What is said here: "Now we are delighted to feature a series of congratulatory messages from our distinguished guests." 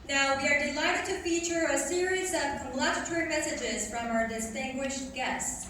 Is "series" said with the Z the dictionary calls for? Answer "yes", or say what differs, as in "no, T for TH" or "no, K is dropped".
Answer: yes